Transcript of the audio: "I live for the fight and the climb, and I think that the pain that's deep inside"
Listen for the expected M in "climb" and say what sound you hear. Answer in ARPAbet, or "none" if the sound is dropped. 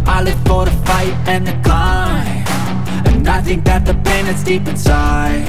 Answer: none